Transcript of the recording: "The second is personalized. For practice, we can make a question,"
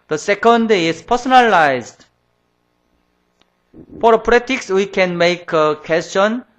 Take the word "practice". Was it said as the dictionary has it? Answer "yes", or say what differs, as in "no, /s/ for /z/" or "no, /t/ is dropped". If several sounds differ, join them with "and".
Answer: no, /k/ is dropped